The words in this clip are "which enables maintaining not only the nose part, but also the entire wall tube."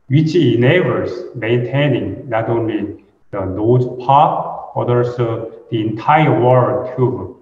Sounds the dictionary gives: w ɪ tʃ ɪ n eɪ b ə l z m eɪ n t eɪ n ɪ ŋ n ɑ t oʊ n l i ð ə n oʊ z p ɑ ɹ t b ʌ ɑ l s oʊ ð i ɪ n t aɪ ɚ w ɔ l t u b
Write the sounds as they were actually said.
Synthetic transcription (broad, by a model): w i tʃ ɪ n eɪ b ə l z m eɪ n t eɪ n ɪ ŋ n ɑ t oʊ n l i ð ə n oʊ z p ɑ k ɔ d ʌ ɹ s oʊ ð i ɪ n t aɪ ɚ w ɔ n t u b